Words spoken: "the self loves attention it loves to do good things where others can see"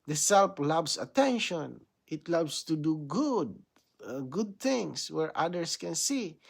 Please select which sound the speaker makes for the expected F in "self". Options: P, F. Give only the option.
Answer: P